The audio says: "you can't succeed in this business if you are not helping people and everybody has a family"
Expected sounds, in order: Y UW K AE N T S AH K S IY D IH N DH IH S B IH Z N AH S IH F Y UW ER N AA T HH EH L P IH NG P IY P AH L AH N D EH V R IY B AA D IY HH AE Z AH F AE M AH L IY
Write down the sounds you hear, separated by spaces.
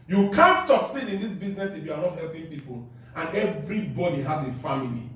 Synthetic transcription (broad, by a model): Y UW K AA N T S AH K S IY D IH N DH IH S B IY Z N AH S IH F Y UW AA N AA T HH EH L P IH NG P IY P AH L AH N EH V R IY B AA D IY HH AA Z AH F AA M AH L IY